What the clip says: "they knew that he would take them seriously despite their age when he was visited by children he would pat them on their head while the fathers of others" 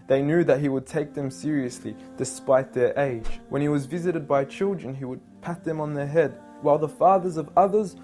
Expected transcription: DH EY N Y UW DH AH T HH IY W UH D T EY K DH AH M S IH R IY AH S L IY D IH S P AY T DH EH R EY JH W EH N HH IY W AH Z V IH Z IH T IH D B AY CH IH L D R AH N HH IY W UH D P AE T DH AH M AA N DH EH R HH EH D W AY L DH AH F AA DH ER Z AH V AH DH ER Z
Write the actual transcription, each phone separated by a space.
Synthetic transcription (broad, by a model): DH EY N Y UW DH AH T HH IY W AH D T EY K DH AH M S IH R IY AH S L IY D IH S P AY T DH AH R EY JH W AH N IY W AH Z V IH Z IH T IH D B AY CH IH L D R AH N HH IY W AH D P AE T DH AH M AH N DH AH R HH EH D W AY L DH AH F AA DH ER Z AH V AH DH ER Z